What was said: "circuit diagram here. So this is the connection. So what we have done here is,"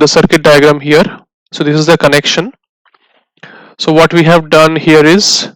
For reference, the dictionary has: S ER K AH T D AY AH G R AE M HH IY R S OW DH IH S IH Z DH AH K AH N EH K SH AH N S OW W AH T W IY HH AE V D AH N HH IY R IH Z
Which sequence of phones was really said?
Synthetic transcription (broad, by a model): S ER K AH T D AY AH G R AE M HH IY R S OW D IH S IH Z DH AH K AH N EH K SH AH N S OW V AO T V IY HH AE V D AH N HH IY R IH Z